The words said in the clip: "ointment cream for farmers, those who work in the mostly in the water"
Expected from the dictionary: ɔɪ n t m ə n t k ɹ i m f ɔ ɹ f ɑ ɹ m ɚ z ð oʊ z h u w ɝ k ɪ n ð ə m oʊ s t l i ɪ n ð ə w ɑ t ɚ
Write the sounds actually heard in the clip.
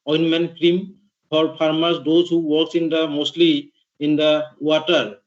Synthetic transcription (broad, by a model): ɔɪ n m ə n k ɹ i m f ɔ ɹ p ɑ ɹ m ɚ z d oʊ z h u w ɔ k ɪ n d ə m oʊ s t l i ɪ n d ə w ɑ t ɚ